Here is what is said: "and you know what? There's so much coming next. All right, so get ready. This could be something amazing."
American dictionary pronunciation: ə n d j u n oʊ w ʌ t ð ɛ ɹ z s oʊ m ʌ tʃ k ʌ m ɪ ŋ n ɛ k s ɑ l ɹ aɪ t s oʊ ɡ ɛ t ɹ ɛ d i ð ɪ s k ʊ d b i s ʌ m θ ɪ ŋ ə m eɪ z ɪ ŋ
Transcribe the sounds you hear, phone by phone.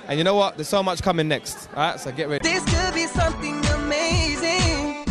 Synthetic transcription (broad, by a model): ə n j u n oʊ w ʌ t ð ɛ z s oʊ m ʌ tʃ k ʌ m ɪ ŋ n ɛ k s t ɹ aɪ t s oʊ ɡ ɛ t ɹ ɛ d ð ɪ s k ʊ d b i s ʌ m θ ɪ ŋ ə m eɪ z ɪ ŋ